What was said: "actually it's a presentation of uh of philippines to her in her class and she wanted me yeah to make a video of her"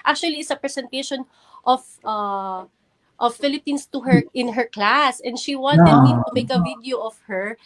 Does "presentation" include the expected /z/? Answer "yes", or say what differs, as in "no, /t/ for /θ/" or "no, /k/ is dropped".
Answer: no, /s/ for /z/